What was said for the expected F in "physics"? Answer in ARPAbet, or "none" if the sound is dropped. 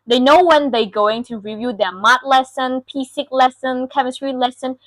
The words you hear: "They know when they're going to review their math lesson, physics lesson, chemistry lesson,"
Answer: P